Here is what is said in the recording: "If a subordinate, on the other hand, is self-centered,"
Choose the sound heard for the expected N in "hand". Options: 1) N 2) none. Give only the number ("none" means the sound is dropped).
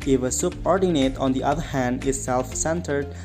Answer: 1